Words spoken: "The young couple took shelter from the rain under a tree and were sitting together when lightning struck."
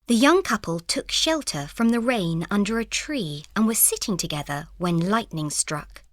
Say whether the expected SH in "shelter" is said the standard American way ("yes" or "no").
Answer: yes